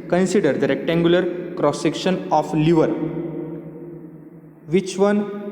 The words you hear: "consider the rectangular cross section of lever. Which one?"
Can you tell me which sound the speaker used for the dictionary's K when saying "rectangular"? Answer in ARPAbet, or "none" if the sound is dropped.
K